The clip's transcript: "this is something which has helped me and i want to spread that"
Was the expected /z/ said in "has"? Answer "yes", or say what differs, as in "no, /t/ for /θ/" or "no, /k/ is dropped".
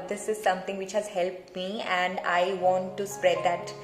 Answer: yes